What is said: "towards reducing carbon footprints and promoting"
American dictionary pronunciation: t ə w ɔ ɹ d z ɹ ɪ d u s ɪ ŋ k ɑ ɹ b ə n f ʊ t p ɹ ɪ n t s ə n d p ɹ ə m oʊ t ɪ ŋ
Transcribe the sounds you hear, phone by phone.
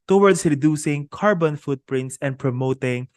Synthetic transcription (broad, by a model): t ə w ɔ ɹ d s ɹ ɪ d u s ɪ ŋ k ɑ ɹ b ə n f ʊ t p ɹ ɪ n t s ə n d p ɹ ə m oʊ t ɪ ŋ